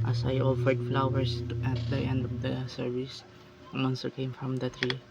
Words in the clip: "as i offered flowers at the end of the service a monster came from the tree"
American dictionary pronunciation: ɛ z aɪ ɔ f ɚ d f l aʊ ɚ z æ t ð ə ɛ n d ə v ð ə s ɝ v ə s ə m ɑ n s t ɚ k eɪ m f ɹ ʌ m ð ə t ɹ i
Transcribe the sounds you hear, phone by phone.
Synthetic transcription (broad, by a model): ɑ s aɪ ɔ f ɚ d f l aʊ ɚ s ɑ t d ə ɛ n d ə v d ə s ɝ v ə s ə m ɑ n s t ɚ k eɪ m f ɹ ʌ m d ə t ɹ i